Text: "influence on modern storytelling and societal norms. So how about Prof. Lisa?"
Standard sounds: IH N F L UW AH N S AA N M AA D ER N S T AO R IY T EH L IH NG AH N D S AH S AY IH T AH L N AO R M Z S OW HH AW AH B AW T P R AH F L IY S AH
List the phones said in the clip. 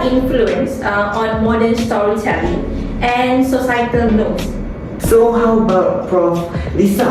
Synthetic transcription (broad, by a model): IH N F L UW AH N S AA N M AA D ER N S T AO R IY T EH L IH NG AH N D S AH S AY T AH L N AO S S OW HH AW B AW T F R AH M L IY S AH